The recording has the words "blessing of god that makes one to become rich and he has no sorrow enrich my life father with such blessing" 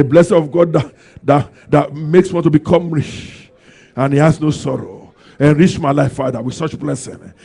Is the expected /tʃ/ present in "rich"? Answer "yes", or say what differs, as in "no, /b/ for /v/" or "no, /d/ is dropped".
no, /ʃ/ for /tʃ/